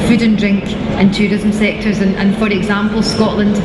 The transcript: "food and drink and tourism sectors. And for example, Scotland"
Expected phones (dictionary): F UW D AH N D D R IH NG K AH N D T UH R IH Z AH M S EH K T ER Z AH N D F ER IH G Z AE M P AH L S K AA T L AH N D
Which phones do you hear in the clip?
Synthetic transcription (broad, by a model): F UW D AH N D D R IH NG K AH N T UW R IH Z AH M S EH K T ER Z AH N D F ER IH G Z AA M P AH L S K AA T L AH N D